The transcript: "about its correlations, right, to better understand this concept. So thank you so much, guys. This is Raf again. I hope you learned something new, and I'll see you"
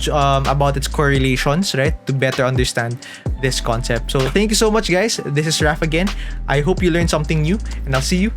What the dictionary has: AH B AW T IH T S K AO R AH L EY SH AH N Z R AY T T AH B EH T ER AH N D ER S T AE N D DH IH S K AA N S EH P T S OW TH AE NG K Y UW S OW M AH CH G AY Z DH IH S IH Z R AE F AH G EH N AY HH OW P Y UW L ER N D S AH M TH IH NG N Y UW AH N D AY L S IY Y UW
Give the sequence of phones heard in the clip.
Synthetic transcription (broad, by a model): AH B AW T IH T S K AO R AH L EY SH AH N S R AY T T AH B EH T ER AH N D ER S T AE N D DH IH S K AA N S EH P T S OW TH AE NG K Y UW S OW M AH CH G AY S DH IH S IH S R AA F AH G EH N AY HH OW P Y UW L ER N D S AH M TH IH NG N Y UW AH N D AY L S IY Y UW